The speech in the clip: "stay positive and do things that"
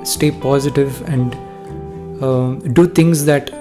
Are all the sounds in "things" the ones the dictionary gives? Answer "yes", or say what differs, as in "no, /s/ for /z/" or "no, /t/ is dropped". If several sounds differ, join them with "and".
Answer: no, /t/ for /θ/